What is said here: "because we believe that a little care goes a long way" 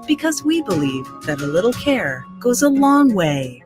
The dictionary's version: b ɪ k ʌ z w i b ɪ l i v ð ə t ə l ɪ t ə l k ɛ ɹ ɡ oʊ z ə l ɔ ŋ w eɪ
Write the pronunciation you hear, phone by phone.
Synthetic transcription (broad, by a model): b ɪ k ʌ z w i b ɪ l i v ð ə t ə l ɪ t l k ɛ ɹ ɡ oʊ z ə l ɔ ŋ w eɪ